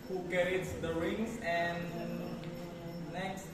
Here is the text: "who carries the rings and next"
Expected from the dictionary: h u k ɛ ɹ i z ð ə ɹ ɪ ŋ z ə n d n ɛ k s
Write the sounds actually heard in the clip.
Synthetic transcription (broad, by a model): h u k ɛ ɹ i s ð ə ɹ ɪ ŋ s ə n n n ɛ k s